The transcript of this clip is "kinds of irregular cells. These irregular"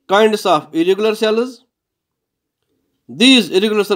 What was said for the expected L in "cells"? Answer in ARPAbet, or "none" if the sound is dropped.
L